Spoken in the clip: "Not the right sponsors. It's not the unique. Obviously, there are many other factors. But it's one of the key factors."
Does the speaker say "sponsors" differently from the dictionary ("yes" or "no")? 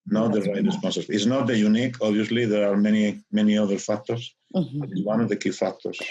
yes